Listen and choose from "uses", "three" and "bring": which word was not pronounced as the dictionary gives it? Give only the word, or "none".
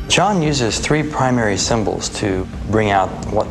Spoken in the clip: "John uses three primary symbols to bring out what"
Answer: none